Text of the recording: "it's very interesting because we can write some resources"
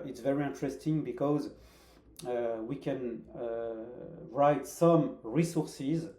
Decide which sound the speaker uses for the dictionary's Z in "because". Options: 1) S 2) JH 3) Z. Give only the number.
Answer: 3